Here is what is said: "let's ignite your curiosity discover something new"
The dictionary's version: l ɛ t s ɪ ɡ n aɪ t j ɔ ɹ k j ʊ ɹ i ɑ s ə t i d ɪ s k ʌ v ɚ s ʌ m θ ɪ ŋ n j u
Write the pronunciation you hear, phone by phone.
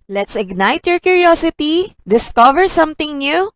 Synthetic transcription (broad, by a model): l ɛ t s ɪ ɡ n aɪ t j ɔ ɹ k j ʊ ɹ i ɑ s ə t i d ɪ s k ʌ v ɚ s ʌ m t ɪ ŋ n j u